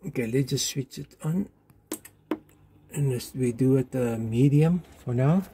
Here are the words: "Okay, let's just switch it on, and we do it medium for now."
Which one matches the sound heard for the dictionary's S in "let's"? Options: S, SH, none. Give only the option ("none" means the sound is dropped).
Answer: none